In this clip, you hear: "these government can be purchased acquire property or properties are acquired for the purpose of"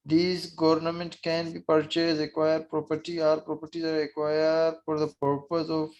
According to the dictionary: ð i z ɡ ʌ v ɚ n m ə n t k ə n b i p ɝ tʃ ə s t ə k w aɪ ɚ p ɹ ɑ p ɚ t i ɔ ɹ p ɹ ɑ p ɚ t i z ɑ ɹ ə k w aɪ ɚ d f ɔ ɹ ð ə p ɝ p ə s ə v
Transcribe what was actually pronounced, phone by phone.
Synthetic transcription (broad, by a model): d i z ɡ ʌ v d n m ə n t k ə n b i p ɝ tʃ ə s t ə k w aɪ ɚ p ɹ ɑ p ɚ t i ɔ ɹ p ɹ ɑ p ɚ t i z ɑ ɹ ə k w aɪ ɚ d f ɔ ɹ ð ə p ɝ p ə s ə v